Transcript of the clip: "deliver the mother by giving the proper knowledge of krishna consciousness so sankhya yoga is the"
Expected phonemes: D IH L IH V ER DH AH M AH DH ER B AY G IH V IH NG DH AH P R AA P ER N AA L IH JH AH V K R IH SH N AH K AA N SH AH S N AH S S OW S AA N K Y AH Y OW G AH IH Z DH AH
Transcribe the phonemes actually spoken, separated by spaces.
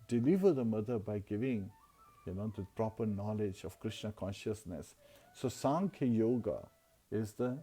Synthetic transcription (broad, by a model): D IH L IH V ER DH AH M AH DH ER B AY G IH V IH NG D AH P R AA P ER N AA L IH JH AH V K R IH SH N AH K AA N SH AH S N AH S S OW S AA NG K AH Y OW G AH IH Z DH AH